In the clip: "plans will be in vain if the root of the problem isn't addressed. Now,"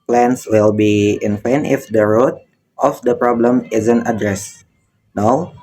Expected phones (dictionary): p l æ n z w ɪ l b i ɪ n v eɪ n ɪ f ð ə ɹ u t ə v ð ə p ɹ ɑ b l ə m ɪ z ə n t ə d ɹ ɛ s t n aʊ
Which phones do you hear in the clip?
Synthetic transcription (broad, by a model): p l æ n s w ɪ l b i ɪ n p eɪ n ɪ f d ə ɹ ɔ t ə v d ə p ɹ ɑ b l ə m ɪ z ə n t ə d ɹ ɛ s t n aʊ